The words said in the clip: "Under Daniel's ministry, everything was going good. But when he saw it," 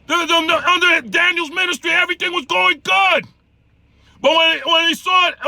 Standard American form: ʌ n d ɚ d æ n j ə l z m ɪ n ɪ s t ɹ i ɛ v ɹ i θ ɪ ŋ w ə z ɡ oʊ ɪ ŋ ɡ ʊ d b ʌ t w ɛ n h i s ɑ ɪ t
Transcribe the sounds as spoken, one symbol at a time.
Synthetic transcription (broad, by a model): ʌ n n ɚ d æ n j l z m ɪ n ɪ s t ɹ i ɛ v ɹ i θ ɪ ŋ w ə z ɡ oʊ ɪ ŋ ɡ ʊ d b ʌ t w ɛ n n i s ɑ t